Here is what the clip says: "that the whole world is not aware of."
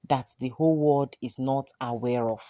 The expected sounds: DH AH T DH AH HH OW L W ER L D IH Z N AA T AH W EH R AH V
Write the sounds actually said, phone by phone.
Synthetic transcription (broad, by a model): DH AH T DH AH HH OW L W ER D IH Z N AA T AH W EH R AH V